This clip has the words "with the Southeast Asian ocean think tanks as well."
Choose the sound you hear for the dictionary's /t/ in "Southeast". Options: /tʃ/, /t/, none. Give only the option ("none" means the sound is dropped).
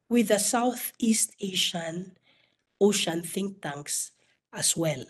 /t/